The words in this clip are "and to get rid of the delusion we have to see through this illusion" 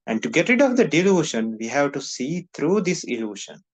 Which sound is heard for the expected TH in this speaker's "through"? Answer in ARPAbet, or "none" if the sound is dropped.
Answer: T